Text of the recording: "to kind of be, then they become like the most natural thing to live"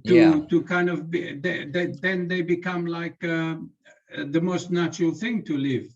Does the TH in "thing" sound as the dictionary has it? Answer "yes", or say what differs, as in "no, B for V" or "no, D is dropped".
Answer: yes